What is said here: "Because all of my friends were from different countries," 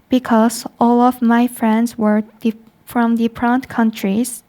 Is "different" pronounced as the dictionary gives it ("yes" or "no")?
no